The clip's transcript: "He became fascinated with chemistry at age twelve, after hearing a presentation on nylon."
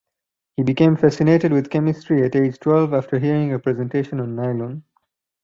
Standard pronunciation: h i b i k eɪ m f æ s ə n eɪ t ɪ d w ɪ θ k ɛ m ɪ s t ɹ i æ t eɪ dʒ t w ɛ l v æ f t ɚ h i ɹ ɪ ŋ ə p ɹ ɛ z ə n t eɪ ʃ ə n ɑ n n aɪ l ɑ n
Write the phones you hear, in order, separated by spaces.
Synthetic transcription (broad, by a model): h i b i k eɪ m f æ s ə n eɪ t ɪ d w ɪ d k ɛ m ɪ s t ɹ i æ t eɪ dʒ t w ɛ l v æ f t ɚ h i ɹ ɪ ŋ ə p ɹ ɛ z ə n t eɪ ʃ ə n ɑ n n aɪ l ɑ n